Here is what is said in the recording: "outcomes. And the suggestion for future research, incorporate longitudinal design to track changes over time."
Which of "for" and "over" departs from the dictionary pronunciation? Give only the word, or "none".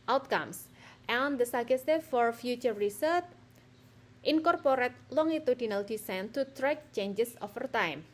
over